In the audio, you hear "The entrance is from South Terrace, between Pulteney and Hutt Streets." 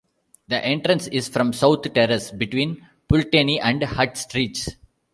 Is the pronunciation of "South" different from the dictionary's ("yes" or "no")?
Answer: yes